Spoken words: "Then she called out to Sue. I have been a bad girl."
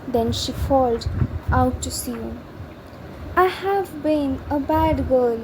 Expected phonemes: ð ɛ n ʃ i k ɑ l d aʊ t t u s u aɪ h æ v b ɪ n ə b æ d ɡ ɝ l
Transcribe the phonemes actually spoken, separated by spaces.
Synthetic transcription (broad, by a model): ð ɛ n ʃ i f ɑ l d aʊ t t u s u aɪ h æ v b ɪ n ə b æ d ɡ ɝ l